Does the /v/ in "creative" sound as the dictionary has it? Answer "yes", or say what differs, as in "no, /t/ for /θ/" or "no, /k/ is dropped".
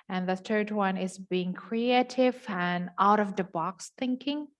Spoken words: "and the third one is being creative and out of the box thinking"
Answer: yes